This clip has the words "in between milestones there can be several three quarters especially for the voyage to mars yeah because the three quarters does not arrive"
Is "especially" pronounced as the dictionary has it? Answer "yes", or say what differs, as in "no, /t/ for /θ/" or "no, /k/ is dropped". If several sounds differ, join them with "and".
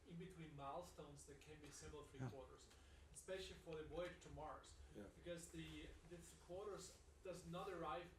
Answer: yes